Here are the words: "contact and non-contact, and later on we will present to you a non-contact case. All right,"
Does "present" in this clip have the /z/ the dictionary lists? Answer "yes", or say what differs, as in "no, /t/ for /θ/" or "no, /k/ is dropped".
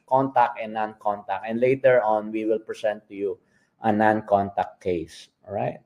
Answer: no, /s/ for /z/